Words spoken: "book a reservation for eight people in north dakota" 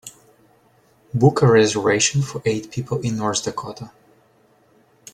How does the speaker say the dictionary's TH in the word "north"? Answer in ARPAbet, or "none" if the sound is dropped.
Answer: S